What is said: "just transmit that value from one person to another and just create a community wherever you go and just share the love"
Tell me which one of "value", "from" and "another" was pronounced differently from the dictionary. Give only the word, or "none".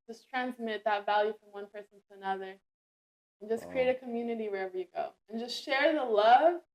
none